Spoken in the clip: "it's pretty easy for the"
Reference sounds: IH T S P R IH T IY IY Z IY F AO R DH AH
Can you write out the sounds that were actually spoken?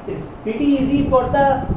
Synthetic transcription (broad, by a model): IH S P IH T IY IY Z IY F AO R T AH